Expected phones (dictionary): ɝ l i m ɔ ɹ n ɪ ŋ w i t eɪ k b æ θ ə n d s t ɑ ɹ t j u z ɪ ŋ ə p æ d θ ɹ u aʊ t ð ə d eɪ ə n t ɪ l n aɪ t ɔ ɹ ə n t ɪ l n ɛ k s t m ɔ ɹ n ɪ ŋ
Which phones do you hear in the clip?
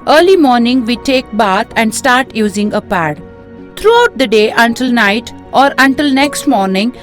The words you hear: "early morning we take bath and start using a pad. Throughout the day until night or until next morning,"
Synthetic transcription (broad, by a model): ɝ l i m ɔ ɹ n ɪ ŋ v i t eɪ k b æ t ə n d s t ɑ ɹ t j u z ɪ ŋ ə p æ d t ɹ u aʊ t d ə d eɪ ə n t ɪ l n aɪ t ɔ ɹ ə n t ɪ l n ɛ k s t m ɔ ɹ n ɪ ŋ